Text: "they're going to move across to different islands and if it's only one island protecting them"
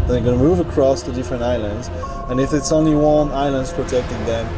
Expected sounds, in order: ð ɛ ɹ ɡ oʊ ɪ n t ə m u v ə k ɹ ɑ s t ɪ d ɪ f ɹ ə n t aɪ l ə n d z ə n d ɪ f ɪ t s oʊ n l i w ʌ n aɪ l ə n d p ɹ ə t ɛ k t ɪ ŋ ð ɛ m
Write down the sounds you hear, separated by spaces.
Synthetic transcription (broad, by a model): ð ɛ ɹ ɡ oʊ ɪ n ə m u v ə k ɹ ɑ s t ɪ d ɪ f ɹ ə n t aɪ l ə n d z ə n ɪ f ɪ t s oʊ n l i w ʌ n aɪ l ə n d p ɹ ə t ɛ k t ɪ ŋ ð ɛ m